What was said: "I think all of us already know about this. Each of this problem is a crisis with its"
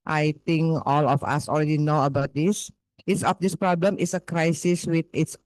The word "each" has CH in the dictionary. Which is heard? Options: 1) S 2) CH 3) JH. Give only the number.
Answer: 1